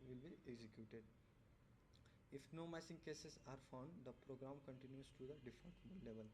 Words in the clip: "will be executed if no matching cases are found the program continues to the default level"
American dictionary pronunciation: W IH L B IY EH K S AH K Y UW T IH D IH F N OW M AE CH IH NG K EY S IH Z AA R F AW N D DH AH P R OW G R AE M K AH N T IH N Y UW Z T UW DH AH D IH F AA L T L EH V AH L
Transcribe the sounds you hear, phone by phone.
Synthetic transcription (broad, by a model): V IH L B IY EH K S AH K Y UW T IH D IH F N OW M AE S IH NG K EY S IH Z AA R F AW N D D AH P R OW G R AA M K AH N T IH N Y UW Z T UW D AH D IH F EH N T L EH V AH L